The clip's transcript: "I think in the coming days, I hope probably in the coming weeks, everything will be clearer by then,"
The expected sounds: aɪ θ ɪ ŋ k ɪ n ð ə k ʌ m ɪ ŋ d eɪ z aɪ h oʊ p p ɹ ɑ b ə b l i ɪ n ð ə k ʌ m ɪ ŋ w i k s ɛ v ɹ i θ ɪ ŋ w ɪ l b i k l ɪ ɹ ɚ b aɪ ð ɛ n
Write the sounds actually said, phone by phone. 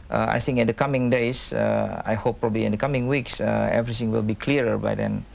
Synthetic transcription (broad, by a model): aɪ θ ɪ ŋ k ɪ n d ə k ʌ m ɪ ŋ d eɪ s aɪ h oʊ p p ɹ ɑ b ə l i ɪ n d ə k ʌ m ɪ ŋ w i k s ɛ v ɹ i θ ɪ ŋ w ɪ l b i k l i ɹ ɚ b aɪ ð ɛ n